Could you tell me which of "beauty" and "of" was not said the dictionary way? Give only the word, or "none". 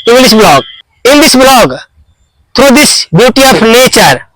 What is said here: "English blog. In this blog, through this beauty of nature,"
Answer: of